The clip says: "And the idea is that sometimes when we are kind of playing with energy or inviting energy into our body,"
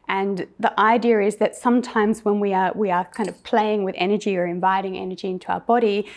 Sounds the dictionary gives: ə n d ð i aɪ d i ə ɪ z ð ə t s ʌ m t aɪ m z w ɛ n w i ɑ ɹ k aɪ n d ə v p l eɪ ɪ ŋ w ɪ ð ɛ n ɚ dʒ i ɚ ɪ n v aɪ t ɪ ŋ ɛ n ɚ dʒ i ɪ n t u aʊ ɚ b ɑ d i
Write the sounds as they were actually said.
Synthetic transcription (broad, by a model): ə n ð i aɪ d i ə ɪ z ð ə t s ʌ m t aɪ m z w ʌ n w i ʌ w k aɪ n d ə v p l eɪ ɪ ŋ w ɪ ð ɛ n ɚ dʒ i ɚ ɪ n v aɪ t ɪ ŋ ɛ n ɚ dʒ i ɪ n t u aʊ ɚ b ɑ d i